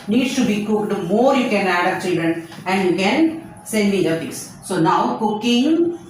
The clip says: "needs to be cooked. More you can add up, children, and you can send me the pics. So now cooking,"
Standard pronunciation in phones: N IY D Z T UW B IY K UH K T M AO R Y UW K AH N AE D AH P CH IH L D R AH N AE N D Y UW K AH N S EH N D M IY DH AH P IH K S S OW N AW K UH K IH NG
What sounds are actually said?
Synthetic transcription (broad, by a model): N IY D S T UW B IY K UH K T M AO R Y UW K AH N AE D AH CH IH L D R AH N AE N D Y UW K AH N S EH N D M IY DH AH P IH S S OW N AW K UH K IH NG